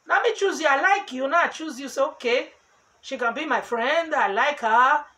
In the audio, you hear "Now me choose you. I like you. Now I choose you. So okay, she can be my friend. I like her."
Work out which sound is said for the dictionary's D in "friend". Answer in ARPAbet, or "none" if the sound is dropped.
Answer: D